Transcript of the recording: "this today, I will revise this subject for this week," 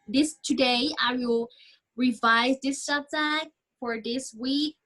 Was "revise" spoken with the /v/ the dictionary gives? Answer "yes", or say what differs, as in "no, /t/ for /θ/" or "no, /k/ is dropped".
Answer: yes